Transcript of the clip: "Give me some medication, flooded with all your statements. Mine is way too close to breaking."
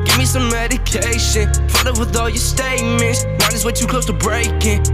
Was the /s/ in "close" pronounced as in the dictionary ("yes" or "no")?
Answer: no